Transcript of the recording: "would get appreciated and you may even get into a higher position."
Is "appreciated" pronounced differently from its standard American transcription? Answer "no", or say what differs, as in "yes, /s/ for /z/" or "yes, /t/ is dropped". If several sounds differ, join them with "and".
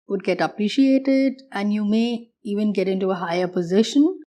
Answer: no